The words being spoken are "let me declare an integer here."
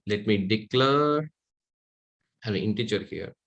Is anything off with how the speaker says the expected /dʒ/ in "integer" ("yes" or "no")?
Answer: yes